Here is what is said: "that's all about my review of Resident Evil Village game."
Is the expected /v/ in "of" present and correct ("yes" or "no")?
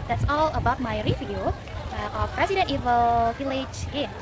no